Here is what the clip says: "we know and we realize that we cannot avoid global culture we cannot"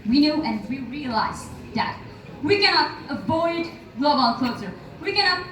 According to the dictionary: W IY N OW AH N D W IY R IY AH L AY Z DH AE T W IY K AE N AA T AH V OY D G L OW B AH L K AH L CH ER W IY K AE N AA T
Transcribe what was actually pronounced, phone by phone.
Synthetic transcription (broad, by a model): W IY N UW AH N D W IY R IY AH L AY Z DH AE T W IY K AE N AA T AH V OY D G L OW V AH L K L S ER W IY K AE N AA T